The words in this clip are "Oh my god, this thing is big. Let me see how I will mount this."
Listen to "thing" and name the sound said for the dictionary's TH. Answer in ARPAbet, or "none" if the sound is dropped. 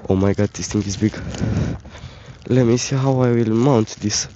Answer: T